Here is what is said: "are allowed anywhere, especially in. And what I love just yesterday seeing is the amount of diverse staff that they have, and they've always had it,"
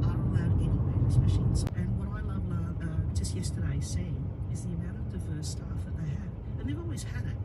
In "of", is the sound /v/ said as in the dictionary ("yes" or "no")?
yes